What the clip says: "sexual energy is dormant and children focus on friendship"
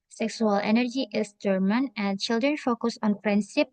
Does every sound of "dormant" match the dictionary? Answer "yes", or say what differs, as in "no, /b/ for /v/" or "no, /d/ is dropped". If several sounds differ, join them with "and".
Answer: no, /t/ is dropped